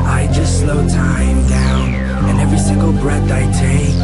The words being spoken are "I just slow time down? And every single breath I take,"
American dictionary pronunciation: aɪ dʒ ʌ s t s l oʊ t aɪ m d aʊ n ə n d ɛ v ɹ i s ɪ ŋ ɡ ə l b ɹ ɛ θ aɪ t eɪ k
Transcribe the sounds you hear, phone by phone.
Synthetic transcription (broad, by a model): aɪ dʒ ʌ s t s l oʊ t aɪ m d aʊ n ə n ɛ v ɹ i s ɪ ŋ ɡ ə l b ɹ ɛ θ aɪ t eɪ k